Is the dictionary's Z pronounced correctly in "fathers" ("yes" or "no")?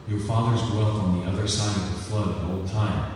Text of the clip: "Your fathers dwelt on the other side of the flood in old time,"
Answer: yes